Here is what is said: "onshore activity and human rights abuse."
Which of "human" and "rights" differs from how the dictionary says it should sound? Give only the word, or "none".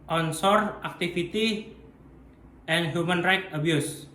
rights